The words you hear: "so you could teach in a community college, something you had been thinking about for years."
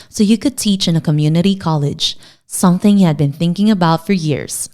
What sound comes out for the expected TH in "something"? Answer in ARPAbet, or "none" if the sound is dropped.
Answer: TH